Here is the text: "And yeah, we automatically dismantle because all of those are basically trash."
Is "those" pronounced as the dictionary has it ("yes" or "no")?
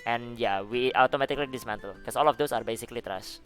no